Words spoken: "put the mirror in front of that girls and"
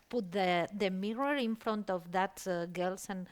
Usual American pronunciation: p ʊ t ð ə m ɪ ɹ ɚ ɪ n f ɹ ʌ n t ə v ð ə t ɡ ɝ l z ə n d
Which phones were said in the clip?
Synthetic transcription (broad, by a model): p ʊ t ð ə m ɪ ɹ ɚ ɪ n f ɹ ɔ n t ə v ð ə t ɡ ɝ l s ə n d